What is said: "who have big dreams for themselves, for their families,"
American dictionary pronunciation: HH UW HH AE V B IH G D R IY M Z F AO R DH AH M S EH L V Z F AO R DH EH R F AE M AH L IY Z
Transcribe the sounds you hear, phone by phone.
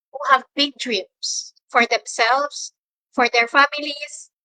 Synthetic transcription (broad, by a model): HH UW HH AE V B IH G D R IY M S F AO R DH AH M S EH L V S F AO R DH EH R F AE M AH L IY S